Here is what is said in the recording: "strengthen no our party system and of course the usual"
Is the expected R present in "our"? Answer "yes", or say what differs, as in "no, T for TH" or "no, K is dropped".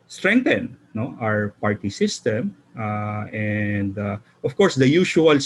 yes